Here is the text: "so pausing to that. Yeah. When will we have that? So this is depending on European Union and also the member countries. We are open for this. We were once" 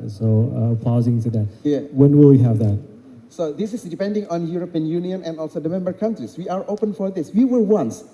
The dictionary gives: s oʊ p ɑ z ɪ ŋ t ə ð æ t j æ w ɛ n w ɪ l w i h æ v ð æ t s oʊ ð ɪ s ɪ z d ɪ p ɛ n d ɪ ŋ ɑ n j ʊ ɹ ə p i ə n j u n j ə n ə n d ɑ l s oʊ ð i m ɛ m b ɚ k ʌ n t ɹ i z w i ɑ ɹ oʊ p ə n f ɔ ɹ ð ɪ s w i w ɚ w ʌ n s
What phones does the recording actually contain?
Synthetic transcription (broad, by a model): s oʊ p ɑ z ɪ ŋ s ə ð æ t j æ w ɛ n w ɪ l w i h æ v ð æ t s oʊ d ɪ s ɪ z d ɪ p ɛ n d ɪ ŋ ɑ n j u ɹ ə p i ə n j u n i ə n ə n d ɑ l s oʊ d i m ɛ m b ɚ k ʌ n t ɹ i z w i ɑ ɹ oʊ p ə n f ɔ ɹ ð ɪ s w i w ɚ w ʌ n s